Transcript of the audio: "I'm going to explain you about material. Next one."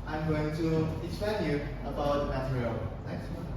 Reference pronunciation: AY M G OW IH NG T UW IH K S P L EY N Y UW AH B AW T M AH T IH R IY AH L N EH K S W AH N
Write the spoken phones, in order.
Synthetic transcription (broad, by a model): AY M G OW IH NG T UW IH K S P EY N Y UW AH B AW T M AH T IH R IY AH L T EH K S